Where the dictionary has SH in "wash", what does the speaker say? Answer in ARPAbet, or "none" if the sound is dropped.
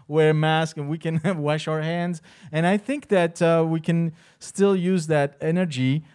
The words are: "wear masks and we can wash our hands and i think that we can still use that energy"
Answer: SH